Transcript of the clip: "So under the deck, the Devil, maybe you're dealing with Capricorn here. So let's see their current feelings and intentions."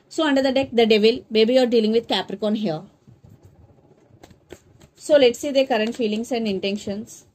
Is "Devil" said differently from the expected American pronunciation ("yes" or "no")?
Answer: no